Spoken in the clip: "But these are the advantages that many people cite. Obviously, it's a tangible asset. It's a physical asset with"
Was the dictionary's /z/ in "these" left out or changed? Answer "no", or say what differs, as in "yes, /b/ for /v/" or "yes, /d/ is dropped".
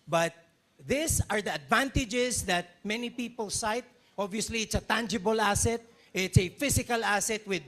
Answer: yes, /s/ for /z/